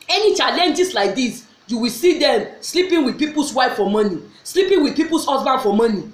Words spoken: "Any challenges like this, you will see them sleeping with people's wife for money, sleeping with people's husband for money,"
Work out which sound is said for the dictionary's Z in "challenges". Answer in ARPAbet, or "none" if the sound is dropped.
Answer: S